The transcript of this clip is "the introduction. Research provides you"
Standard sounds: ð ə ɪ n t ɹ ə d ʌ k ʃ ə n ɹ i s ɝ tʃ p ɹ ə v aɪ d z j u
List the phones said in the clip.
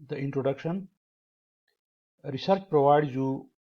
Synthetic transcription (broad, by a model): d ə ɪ n t ɹ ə d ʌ k ʃ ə n ɹ i s ɝ tʃ p ɹ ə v aɪ d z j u